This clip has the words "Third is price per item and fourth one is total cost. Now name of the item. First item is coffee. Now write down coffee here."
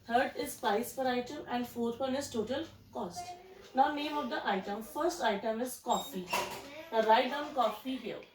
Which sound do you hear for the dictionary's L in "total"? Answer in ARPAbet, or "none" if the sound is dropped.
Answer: L